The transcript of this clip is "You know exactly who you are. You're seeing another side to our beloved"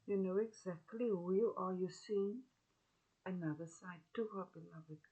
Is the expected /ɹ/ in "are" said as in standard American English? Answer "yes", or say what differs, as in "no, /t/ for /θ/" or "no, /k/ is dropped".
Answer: no, /l/ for /ɹ/